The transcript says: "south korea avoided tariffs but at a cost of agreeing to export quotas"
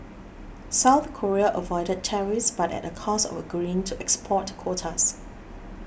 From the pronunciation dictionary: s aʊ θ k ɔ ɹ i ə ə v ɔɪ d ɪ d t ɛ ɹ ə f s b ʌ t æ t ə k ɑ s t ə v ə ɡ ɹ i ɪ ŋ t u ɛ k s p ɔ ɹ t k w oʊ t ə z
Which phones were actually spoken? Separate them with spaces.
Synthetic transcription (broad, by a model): s aʊ θ k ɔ ɹ i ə ə v ɔɪ d ɪ d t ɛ ɹ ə s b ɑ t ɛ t ə k ɑ s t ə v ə ɡ ɹ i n t u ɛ k s p ɔ t k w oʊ t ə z